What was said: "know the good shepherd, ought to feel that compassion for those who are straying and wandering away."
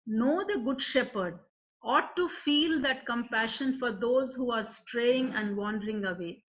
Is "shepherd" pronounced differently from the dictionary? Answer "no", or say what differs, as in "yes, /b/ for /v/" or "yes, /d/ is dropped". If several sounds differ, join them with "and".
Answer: no